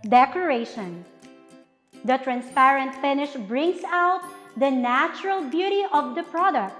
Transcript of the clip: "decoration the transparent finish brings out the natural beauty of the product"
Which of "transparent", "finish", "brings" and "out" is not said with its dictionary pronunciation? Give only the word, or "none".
brings